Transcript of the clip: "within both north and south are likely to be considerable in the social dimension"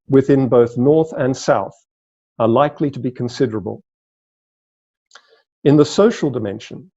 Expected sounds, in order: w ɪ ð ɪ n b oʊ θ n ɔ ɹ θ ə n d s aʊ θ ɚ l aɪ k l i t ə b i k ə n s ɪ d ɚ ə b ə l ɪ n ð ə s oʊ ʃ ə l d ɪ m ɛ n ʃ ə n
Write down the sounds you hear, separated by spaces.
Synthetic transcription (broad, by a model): w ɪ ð ɪ n b oʊ θ n ɔ ɹ θ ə n s aʊ θ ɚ l aɪ k l i t ə b i k ə n s ɪ d ɚ ə b ə l ɪ n ð ə s oʊ ʃ ə l d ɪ m ɛ n ʃ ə n